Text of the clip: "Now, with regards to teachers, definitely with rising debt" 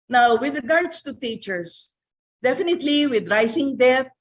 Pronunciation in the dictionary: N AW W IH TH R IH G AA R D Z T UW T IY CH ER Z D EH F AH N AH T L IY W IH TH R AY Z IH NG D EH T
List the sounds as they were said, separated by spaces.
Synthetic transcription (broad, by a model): N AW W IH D R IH G AA R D S T UW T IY CH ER S D EH F AH N AH T L IY W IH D R AY S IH NG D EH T